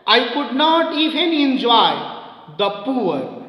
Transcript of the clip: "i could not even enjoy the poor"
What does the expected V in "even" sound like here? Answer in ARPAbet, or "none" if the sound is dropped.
P